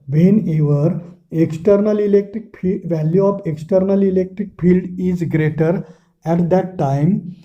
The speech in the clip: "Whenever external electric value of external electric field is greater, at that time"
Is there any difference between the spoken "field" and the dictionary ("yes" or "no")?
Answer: no